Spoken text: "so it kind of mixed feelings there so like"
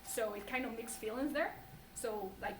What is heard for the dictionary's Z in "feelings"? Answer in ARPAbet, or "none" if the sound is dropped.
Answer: Z